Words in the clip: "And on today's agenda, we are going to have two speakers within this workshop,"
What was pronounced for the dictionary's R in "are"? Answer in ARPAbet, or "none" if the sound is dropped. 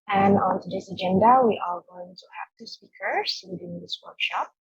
L